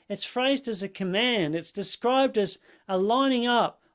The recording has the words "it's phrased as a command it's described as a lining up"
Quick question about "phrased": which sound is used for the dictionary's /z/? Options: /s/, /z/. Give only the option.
/z/